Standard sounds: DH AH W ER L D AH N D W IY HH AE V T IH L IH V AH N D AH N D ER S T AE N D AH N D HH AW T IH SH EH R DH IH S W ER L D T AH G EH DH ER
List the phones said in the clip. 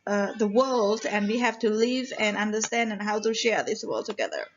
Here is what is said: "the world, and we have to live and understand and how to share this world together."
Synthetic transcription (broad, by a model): DH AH W ER L D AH N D W IY HH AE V T IH L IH V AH N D AH N D ER S T AE N D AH N HH AW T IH SH EH R DH IH S W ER L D T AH G EH DH ER